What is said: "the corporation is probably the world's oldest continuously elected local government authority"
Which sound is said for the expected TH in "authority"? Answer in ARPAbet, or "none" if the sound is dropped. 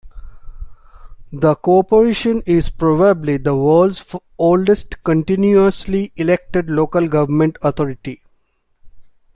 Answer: T